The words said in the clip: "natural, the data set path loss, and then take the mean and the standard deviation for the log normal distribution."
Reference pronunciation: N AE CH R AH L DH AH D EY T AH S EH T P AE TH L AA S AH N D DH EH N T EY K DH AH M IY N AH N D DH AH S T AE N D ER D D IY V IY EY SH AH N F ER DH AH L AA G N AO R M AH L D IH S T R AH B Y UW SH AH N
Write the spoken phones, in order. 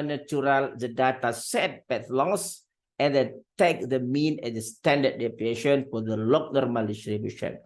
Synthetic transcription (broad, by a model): N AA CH R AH L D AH D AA T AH S EH T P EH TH L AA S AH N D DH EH T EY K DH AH M IY N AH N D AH S T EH N D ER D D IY P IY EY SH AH N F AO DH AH L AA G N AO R M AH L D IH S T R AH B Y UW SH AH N